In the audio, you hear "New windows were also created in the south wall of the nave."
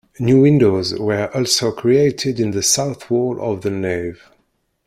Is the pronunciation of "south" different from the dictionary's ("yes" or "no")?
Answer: no